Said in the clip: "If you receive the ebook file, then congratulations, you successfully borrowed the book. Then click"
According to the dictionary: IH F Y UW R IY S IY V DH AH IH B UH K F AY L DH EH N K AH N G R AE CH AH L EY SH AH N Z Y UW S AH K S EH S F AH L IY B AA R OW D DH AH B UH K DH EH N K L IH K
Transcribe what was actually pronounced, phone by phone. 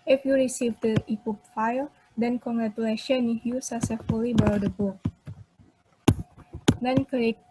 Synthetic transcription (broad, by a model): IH F Y UW R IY S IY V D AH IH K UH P F AY L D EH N K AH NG G R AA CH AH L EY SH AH N Y UW S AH S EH F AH L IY B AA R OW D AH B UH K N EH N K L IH